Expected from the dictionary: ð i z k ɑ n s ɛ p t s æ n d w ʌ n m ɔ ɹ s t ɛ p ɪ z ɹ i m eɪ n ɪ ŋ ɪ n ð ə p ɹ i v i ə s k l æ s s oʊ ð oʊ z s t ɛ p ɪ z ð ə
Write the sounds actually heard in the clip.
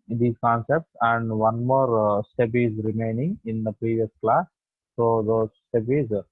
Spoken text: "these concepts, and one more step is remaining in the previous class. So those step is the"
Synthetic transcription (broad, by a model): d i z k ɑ n s ɛ p t s æ n d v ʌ n m ɔ ɹ s t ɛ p ɪ z ɹ i m eɪ n ɪ ŋ ɪ n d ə p ɹ i v i ə s k l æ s s oʊ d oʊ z s t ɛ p ɪ z